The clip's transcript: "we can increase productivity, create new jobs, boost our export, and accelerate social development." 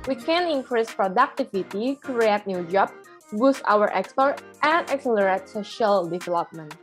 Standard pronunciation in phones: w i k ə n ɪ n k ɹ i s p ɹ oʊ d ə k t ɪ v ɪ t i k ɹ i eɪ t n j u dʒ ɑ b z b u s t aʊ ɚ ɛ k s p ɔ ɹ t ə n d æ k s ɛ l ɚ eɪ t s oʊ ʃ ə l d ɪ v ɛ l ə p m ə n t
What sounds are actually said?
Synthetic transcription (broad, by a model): w i k ə n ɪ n k ɹ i s p ɹ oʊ d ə k t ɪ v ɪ t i k ɹ i eɪ t n j u dʒ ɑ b b u s t aʊ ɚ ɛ k s p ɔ ɹ t ə n d æ k s ɛ l ɚ eɪ t s oʊ ʃ ə l d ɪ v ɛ l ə p m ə n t